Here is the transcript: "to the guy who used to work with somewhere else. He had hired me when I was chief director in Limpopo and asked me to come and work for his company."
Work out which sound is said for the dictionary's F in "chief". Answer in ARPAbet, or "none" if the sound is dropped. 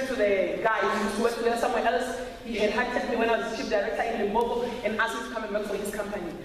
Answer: P